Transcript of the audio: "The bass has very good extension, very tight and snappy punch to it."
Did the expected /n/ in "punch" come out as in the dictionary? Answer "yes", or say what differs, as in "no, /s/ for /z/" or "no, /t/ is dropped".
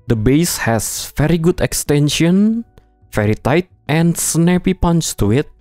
yes